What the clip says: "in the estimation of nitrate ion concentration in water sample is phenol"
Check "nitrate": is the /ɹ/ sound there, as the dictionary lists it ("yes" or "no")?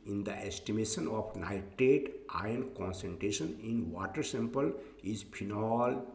no